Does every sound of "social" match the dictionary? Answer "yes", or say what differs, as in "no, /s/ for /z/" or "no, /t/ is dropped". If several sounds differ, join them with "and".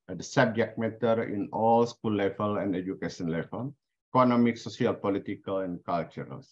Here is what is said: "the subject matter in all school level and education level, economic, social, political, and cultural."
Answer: no, /s/ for /ʃ/